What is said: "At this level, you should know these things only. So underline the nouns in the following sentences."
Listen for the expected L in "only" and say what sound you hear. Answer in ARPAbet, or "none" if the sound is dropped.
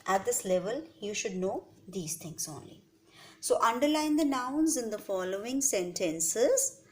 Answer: L